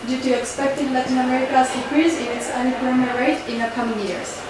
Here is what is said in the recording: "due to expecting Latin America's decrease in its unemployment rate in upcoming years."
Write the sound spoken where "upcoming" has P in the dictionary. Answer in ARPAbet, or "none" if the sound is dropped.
none